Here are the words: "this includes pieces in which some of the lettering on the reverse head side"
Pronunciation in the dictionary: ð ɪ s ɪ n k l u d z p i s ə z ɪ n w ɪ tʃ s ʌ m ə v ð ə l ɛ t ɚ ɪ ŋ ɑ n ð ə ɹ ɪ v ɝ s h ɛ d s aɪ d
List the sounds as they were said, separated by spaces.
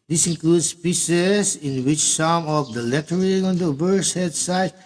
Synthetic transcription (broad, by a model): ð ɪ s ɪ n k l u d s p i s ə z ɪ n w ɪ tʃ s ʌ m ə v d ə l ɛ t ɚ ɪ ŋ ɑ n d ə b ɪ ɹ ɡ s h ɛ d s aɪ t